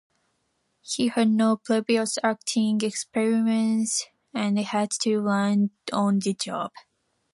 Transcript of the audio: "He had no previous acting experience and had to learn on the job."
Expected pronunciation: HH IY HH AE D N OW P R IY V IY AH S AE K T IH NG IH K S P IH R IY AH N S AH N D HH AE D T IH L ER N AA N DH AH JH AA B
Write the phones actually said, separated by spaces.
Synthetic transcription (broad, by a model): HH IY HH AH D N OW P L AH B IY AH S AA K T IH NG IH K S P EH R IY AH N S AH N HH AE D T IH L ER N AA N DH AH JH AA B